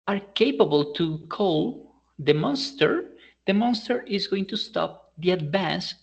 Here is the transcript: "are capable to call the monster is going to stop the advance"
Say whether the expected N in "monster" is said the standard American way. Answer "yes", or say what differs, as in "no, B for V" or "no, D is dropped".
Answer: yes